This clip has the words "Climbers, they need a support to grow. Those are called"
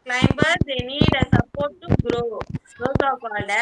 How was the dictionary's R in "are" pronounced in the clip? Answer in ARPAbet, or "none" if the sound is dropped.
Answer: W